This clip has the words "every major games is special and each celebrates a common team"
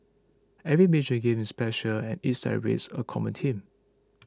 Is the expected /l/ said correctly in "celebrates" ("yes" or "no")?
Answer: no